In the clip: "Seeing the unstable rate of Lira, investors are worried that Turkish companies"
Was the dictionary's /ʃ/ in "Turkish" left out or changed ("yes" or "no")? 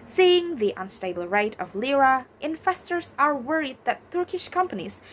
no